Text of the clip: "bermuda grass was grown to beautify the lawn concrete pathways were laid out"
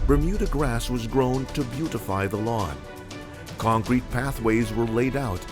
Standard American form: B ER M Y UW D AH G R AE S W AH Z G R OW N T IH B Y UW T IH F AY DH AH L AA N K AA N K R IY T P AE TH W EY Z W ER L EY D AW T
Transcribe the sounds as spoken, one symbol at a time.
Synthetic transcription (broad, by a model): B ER M Y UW D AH G R AE S W AH Z G R OW N T IH B Y UW T IH F AY DH AH L AA N K AA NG K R IY T P AE TH W EY Z W ER L EY D AW T